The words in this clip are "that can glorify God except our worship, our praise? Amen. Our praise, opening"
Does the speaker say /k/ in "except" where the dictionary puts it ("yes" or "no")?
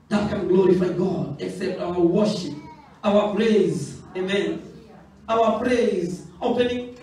yes